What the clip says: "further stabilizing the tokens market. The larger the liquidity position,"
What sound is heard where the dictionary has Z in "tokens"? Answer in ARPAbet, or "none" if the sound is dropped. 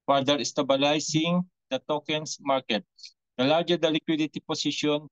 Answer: S